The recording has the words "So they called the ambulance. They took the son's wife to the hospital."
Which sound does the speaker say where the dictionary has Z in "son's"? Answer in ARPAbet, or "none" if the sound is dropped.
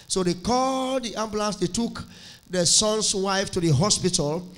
S